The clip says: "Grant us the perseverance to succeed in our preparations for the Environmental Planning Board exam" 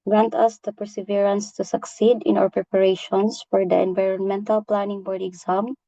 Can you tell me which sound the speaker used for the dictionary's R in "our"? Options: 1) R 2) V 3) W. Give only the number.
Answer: 3